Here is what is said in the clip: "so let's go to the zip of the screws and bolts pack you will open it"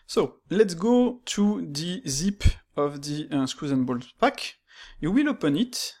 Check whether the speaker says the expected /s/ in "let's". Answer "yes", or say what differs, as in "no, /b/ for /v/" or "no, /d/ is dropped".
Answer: yes